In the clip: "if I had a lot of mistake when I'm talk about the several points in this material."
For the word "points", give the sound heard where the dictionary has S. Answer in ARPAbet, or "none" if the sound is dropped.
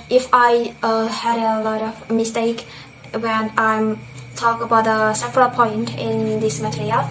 none